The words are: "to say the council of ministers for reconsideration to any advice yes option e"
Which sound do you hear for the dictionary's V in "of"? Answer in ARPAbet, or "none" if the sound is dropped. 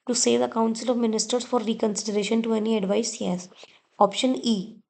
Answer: V